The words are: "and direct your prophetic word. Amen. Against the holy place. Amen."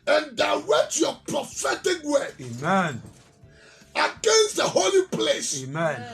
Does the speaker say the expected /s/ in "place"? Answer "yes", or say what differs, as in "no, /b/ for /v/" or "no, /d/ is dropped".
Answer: yes